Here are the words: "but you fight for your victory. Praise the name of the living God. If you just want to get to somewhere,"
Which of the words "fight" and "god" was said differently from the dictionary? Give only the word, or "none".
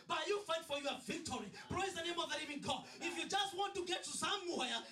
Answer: god